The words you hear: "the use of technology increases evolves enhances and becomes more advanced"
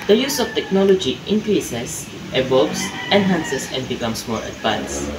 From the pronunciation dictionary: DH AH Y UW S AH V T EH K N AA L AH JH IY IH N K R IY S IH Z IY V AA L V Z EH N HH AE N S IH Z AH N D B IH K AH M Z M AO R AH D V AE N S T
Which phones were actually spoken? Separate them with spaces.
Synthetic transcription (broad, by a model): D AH Y UW S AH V T EH K N AA L AH JH IY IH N K R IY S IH S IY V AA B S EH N HH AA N S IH S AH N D B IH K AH M S M AO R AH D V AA N S